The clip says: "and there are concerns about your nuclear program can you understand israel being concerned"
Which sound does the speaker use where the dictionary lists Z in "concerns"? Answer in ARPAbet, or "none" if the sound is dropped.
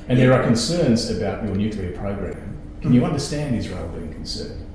Z